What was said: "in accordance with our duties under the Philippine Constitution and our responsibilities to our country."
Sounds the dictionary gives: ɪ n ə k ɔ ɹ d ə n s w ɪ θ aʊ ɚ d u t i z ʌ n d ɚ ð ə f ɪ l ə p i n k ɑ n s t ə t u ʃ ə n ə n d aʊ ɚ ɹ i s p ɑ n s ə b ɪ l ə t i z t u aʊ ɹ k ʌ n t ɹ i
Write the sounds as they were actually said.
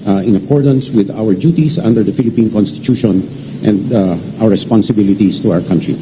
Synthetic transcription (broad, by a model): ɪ n ə k ɔ ɹ d ə n s w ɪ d aʊ ɚ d u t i s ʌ n d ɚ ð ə f ɪ l ə p i n k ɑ n s t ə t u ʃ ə n ə n d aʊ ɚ ɹ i s p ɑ n s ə b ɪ l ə t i s t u aʊ ɹ k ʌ n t ɹ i